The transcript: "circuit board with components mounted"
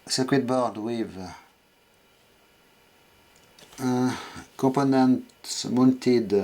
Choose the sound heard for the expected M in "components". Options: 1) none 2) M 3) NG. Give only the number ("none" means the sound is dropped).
1